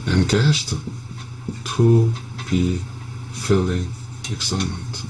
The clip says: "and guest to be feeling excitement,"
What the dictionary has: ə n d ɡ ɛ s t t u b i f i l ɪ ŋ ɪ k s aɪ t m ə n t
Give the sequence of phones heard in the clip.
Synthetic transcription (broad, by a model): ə n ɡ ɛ ʃ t t u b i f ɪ l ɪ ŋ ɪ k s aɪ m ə n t